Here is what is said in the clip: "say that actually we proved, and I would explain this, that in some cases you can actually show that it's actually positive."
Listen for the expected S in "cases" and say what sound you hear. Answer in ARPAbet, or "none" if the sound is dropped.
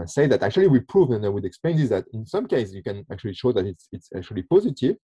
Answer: none